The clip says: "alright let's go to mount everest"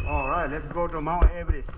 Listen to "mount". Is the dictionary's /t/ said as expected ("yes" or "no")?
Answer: no